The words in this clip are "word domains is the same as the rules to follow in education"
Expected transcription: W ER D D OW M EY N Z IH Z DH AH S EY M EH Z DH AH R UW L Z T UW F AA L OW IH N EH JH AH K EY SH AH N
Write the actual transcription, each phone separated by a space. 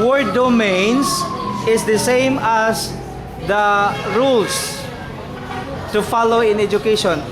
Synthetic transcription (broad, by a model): W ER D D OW M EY N S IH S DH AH S EY M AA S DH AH R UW L S T UW F AA L OW IH N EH JH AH K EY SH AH N